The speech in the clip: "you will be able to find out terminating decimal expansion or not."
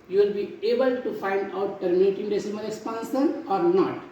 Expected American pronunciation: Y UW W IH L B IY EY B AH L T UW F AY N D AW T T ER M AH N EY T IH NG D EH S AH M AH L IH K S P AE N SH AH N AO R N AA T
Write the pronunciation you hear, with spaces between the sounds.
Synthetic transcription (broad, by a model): Y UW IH L B IY EY B AH L T UW F AY N D AW T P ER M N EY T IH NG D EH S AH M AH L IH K S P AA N S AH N AO R N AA T